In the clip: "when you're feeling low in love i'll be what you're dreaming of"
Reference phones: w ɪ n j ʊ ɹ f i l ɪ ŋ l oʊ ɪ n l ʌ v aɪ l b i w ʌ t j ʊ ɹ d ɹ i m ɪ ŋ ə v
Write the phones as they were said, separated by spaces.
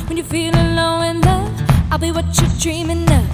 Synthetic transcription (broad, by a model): w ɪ n j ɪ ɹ f i l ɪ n l oʊ ɪ n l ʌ aɪ l b i w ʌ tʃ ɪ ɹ d ɹ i m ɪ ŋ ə